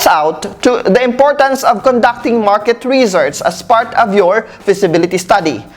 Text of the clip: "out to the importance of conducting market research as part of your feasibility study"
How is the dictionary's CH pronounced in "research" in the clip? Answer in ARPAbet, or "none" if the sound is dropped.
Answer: S